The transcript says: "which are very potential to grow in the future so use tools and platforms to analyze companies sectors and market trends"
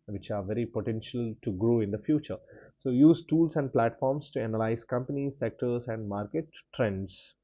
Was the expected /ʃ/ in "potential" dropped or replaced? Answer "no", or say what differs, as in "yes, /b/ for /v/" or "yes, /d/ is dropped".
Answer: no